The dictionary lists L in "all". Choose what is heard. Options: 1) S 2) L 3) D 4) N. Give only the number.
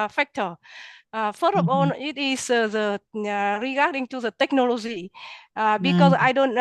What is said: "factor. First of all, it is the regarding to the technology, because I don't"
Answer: 4